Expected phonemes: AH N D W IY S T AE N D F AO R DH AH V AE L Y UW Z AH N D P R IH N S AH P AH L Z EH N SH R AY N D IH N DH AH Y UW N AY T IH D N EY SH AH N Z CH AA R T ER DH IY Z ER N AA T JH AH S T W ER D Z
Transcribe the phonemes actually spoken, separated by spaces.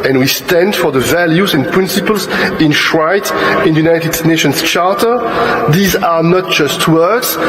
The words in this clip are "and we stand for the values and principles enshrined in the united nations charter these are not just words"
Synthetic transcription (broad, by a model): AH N W IY S T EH N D F AO R DH AH V AE L Y UW Z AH N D P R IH N S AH P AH L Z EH N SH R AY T IH N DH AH Y UW N AY T IH D N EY SH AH N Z CH AA R T ER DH IY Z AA N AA T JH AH S T W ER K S